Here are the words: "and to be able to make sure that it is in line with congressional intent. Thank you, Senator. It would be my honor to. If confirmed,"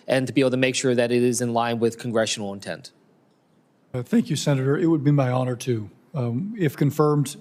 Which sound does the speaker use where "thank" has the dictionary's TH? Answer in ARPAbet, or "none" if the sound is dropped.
TH